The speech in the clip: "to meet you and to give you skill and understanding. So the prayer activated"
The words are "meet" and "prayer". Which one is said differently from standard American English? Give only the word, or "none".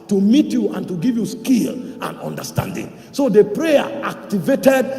none